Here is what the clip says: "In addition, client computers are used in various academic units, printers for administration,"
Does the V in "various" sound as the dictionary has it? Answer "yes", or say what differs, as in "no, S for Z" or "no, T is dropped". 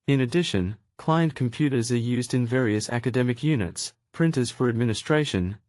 yes